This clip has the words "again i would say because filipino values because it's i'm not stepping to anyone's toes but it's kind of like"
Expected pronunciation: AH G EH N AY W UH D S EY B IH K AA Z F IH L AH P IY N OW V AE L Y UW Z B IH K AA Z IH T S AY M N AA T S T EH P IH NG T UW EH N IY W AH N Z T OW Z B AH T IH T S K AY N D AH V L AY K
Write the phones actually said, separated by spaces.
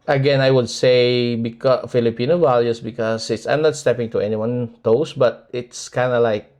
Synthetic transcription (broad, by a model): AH G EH N AY W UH D S EY B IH K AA F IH L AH P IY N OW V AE L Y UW S B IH K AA S IH T S AY M N AA T S T EH P IH NG T UW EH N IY W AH N T OW S B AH T IH T S K AY N D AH L AY K